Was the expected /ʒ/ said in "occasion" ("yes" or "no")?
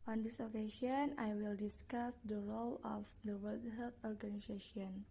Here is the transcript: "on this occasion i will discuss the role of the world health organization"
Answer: no